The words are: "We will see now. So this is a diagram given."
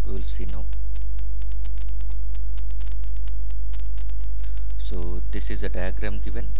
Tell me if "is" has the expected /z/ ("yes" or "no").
yes